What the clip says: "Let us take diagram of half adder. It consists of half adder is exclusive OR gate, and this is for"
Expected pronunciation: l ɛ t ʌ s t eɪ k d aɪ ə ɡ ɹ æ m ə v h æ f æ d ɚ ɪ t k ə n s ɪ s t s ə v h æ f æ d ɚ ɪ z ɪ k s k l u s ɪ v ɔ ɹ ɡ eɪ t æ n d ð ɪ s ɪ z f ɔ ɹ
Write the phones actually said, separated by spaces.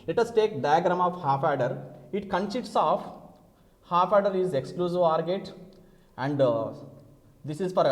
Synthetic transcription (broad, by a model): l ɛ t ʌ s t eɪ k d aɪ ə ɡ ɹ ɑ m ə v h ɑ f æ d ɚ ɪ t k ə n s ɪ t s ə f h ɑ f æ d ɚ ɪ z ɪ k s k l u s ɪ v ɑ ɹ ɡ eɪ t æ n d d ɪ s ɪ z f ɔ ɹ